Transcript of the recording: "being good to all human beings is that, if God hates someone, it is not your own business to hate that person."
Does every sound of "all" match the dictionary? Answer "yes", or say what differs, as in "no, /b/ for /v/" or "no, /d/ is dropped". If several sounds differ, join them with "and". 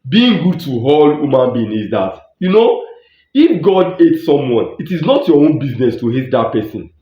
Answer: yes